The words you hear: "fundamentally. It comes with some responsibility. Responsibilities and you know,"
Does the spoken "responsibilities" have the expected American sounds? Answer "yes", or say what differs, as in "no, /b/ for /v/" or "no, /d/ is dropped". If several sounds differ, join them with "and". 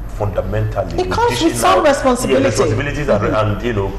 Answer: no, /l/ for /ɹ/